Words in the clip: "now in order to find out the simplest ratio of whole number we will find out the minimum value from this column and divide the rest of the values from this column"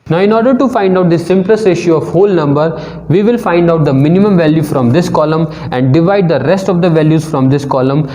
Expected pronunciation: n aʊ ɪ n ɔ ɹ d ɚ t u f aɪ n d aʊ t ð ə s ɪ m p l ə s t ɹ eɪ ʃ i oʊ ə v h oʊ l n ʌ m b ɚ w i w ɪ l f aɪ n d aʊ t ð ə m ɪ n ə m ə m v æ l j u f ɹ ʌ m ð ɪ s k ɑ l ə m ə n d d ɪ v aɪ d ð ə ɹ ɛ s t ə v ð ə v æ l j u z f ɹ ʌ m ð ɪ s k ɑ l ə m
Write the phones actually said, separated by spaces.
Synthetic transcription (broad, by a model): n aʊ ɪ n ɔ ɹ d ɚ t u f aɪ n d aʊ t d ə s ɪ m p l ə s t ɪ ʃ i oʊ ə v h oʊ l n ʌ m b ɚ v i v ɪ l f aɪ n d aʊ t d ə m ɪ n ə m ə m v æ l j u f ɹ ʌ m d ɪ s k ɑ l ə m ə n d d ɪ v aɪ d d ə ɹ ɛ s t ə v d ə v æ l j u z f ɹ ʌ m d ɪ s k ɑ l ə m